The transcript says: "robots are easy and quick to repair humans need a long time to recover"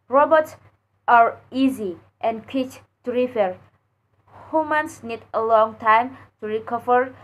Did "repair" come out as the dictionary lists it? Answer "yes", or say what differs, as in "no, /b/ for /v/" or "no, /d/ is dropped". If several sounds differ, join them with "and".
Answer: no, /f/ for /p/